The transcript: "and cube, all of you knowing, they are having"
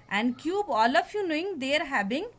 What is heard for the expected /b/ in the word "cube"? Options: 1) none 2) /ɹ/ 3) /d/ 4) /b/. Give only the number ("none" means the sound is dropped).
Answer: 4